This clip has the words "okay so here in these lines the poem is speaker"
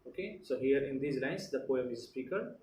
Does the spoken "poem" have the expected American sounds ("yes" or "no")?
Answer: yes